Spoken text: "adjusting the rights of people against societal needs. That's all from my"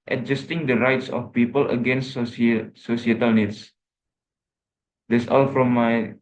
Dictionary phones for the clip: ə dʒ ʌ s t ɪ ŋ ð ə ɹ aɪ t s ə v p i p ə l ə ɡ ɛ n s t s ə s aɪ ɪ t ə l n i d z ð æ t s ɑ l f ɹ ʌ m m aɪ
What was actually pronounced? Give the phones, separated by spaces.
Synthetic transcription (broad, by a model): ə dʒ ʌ s t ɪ ŋ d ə ɹ aɪ t s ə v p i p ə l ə ɡ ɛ n s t s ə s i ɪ t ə l n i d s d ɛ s ɑ l f ɹ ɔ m m aɪ